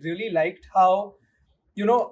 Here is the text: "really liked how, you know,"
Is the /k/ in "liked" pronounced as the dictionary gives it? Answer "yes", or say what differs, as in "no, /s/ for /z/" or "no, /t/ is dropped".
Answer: yes